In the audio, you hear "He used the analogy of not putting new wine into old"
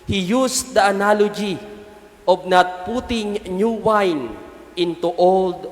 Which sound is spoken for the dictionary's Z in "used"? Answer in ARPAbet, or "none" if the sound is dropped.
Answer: S